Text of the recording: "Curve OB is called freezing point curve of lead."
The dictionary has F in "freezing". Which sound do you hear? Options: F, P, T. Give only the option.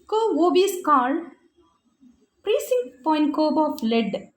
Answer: P